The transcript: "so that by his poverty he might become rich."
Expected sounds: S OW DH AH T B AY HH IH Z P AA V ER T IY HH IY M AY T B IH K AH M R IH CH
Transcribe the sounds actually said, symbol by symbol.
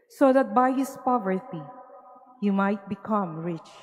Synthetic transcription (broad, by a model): S OW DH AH T B AY HH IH S P AA V ER T IY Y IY M AY T B IH K AH M R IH CH